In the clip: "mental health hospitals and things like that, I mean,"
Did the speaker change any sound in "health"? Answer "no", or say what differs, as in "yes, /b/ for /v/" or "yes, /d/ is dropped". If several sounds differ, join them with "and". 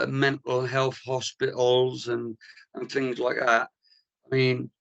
no